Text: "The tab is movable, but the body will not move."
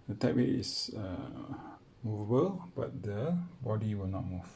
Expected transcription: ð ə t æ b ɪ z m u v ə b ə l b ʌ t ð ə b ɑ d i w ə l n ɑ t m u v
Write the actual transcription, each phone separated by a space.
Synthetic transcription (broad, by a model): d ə t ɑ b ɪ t m u v ə b ə l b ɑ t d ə b ɑ d i w ə l n ɑ t m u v